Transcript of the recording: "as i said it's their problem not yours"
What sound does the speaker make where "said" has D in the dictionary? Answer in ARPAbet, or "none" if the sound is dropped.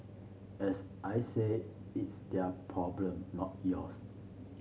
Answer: none